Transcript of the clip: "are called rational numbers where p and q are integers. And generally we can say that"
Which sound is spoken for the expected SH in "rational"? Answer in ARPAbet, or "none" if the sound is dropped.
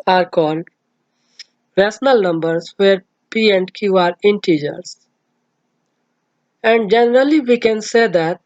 S